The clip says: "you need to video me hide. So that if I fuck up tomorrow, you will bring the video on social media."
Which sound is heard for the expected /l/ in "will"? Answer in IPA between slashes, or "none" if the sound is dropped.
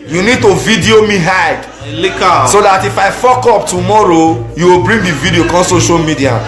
/l/